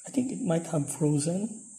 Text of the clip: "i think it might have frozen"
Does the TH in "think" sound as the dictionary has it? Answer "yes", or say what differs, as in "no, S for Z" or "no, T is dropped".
no, T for TH